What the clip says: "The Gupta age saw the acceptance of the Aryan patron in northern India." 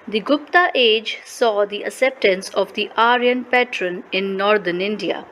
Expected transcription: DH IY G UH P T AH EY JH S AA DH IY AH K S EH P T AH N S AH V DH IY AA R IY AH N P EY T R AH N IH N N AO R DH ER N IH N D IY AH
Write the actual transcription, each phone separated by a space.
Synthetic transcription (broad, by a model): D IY G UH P T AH EY JH S AA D IY AH K S EH P T AH N S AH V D IY AA R IY AH N P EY T R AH N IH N N AO R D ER N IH N D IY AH